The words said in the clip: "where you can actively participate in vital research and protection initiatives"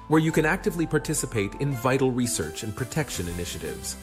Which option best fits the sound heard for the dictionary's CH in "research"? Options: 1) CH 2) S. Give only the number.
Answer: 1